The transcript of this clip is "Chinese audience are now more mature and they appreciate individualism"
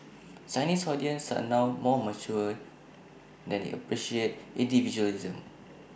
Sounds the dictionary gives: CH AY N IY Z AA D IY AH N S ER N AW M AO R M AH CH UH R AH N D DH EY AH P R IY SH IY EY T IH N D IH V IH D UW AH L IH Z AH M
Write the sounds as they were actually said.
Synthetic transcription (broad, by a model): S AY N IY S AA D IY AH N S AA N AW M AO M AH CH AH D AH N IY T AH P R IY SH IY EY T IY N D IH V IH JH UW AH L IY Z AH M